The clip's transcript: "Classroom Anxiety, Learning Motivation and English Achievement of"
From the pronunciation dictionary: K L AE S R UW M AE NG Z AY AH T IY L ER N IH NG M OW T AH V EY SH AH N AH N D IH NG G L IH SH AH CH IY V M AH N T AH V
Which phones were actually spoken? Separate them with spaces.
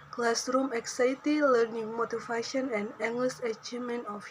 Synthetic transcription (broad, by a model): K L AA S R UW M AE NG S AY T IY L ER N IH NG M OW T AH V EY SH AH N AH N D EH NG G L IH S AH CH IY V M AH N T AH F